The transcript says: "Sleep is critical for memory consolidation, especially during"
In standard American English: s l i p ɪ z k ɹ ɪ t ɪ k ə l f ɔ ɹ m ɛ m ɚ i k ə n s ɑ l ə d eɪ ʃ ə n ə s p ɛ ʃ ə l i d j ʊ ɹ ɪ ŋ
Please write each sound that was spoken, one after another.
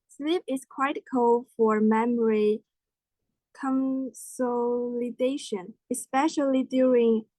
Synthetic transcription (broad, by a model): s l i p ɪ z k w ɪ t k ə l f ɔ ɹ m ɛ m ɚ i k ə n s ɑ l ə d eɪ ʃ ə n ə s p ɛ ʃ ə l i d j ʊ ɹ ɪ ŋ